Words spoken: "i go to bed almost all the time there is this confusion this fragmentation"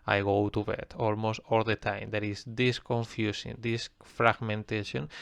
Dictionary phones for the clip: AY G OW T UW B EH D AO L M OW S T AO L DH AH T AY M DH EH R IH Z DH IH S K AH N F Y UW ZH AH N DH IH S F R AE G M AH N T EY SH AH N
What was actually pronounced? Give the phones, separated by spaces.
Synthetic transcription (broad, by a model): AY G OW T UW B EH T AO L M OW S T AO L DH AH T AY M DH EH R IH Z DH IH S K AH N F Y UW S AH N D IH S F R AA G M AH N T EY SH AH N